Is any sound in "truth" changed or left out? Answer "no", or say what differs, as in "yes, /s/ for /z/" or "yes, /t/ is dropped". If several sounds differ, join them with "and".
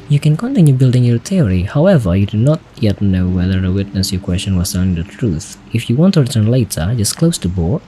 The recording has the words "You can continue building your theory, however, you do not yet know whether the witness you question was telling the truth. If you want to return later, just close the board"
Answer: no